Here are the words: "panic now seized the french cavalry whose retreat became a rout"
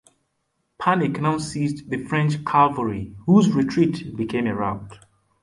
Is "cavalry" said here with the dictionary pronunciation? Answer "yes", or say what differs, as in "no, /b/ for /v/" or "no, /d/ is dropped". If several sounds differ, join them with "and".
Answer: no, /l/ is dropped